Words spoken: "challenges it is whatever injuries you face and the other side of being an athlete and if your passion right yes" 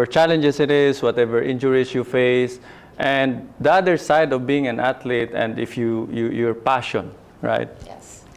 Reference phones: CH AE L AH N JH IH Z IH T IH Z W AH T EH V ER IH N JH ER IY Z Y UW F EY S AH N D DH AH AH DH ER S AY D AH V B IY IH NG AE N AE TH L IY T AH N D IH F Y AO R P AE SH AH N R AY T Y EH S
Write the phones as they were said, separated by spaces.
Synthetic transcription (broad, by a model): CH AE L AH N JH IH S IH T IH S W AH T EH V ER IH N JH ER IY S Y UW F EY S AH N D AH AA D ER S AY D AH V B IY IH NG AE N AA T L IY T AH N D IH F Y AO R P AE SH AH N R AY T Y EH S